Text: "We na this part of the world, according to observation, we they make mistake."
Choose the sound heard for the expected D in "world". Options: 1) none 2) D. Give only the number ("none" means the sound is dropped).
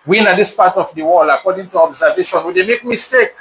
1